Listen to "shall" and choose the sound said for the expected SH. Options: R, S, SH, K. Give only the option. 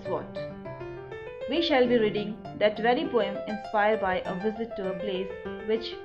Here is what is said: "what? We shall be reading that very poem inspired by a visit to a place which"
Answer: SH